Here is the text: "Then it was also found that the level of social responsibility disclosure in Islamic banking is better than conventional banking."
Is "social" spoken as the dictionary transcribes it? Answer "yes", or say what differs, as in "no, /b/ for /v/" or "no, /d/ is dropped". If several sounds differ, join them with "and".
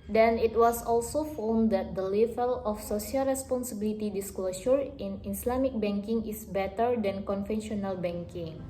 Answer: no, /s/ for /ʃ/